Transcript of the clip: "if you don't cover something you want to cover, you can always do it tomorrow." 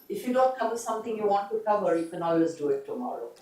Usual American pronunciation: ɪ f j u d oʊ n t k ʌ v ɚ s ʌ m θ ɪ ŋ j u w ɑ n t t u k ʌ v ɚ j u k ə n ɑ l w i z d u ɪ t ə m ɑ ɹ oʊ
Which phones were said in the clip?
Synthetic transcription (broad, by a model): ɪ f j u d oʊ n t k ʌ v ɚ s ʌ m t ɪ ŋ j u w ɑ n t t u k ʌ v ɚ j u k ə n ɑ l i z d u ɪ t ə m ɑ ɹ oʊ